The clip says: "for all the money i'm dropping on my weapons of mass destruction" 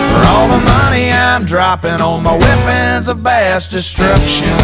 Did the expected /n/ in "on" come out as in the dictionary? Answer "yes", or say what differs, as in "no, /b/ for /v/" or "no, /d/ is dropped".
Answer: no, /l/ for /n/